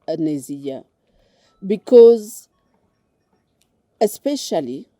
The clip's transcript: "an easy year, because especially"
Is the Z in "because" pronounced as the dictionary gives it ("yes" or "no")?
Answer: yes